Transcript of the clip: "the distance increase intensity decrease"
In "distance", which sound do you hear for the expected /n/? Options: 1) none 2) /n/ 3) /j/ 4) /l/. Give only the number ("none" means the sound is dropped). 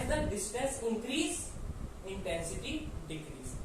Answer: 1